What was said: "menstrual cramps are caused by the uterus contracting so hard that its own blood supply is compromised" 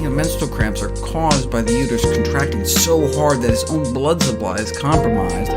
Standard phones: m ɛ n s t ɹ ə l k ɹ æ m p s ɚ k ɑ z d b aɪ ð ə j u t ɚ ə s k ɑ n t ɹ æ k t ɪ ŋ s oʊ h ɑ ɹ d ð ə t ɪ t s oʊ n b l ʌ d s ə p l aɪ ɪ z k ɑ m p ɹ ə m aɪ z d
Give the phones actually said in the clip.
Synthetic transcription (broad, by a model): m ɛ n s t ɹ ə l k ɹ æ m p s ɚ k ɑ z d b aɪ ð ə j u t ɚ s k n t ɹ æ k t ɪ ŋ s oʊ h ɑ ɹ d ð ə t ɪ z oʊ n b l ʌ d s ə p l aɪ ɪ z k ɑ m p ɹ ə m aɪ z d